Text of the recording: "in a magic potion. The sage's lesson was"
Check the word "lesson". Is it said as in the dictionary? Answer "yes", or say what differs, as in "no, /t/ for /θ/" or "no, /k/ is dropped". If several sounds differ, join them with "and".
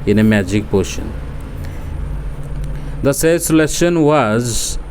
no, /ʃ/ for /s/